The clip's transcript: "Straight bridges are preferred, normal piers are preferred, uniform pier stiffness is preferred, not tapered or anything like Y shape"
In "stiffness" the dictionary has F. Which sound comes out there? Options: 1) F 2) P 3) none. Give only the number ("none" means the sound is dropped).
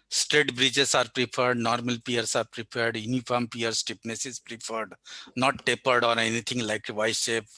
2